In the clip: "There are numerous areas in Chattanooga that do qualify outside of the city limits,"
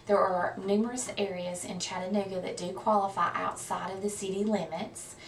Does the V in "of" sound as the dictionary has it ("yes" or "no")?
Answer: yes